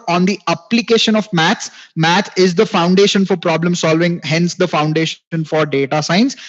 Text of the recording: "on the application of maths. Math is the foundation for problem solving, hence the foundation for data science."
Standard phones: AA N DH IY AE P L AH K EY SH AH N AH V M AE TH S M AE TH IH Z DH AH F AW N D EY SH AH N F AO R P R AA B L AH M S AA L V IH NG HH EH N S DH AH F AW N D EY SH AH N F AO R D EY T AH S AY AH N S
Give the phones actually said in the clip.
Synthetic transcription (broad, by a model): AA N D IY AE P L AH K EY SH AH N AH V M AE T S M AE T IH Z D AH F AW N D EY SH AH N F AO R P R AA B L AH M S AA L V IH NG HH EH N S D AH F AW N D EY SH AH N F AO R D EY T AH S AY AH N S